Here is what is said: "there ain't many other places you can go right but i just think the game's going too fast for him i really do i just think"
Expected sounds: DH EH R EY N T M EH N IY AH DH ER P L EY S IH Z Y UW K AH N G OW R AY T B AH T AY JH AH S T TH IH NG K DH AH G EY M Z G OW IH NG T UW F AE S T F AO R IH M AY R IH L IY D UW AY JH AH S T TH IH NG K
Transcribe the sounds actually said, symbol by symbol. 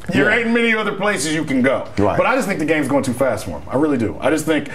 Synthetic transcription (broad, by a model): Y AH R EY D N M EH N IY AH DH ER P L EY S IH Z Y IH K AH N G OW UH B AH T AY JH AH S T TH IH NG K DH AH G EY M Z G OW IH NG T UW F AE S T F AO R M AY R IH L IY D UW AY JH AH S T TH IH NG K